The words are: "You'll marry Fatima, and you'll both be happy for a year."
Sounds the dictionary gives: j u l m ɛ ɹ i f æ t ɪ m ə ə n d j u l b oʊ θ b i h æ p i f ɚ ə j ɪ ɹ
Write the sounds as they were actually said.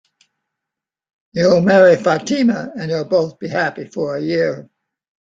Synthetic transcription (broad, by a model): j u l m ɛ ɹ i f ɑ t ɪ m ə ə n j u l b oʊ θ b i h æ p i f ɚ ə j ɪ ɹ